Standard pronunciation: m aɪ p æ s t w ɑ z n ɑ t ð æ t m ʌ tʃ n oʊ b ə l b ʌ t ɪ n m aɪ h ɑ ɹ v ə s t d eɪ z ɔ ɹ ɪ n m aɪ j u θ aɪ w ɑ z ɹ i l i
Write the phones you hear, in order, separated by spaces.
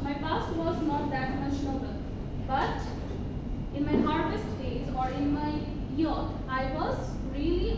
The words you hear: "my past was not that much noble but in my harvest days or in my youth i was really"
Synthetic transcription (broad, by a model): m aɪ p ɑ s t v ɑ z n ɑ t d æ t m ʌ ʃ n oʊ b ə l b ʌ t ɪ n m aɪ h ɑ ɹ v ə s t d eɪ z ɔ ɹ ɪ n m aɪ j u t aɪ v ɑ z ɹ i l i